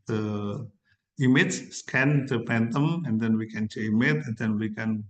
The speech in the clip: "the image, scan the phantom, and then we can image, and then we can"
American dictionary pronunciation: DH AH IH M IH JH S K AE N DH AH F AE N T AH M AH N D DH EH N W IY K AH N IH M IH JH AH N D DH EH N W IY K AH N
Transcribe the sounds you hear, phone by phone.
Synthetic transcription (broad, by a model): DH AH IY M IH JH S K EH N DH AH P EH N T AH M AH N D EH N W IY K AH N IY M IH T AH N D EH N W IY K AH N